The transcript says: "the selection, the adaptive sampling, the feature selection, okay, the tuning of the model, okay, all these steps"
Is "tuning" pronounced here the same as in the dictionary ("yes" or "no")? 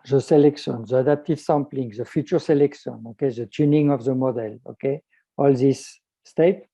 yes